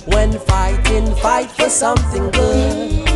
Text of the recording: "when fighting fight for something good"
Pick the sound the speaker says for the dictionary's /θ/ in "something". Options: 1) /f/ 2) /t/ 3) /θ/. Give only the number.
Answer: 3